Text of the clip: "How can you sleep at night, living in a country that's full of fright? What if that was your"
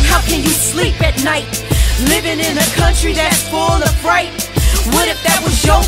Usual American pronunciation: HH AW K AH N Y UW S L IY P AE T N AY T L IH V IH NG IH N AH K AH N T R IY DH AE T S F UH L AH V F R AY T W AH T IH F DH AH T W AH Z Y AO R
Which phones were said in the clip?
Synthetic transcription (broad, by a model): HH AW K AH N Y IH S L IY P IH T N AY T L IH V IH NG IH N AH K AH N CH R IY DH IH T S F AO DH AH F R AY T W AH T IH F DH AH T W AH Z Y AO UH